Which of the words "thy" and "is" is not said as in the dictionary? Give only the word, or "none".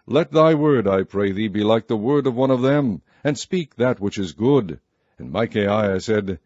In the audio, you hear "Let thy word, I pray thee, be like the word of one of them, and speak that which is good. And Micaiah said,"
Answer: none